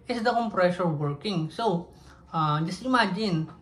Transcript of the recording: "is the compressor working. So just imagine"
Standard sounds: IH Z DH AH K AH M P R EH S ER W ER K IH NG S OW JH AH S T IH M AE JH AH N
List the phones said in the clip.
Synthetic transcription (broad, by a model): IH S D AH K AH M P R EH SH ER W ER K IH NG S OW JH AH S T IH M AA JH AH N